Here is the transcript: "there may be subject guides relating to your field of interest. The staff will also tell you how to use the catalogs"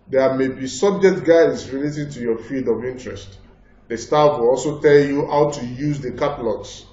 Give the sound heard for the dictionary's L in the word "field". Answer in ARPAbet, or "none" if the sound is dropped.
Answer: none